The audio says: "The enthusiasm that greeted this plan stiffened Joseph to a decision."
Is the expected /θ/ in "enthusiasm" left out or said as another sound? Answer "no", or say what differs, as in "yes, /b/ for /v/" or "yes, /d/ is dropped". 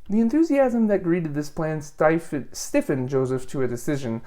no